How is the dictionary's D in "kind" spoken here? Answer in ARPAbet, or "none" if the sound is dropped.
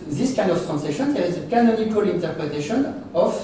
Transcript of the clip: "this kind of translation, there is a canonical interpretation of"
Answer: none